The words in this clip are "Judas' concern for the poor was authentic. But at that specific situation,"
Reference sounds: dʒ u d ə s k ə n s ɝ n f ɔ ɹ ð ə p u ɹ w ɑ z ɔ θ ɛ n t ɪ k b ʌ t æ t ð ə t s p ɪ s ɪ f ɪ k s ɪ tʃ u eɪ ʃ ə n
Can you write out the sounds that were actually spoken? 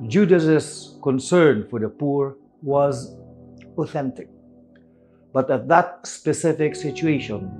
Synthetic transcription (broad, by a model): dʒ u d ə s k ə n s ɝ n f ɔ ɹ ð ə p u ɹ w ɑ z ɔ θ ɛ n t ɪ k b ʌ t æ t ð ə t s p ɪ s ɪ f ɪ k s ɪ tʃ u eɪ ʃ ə n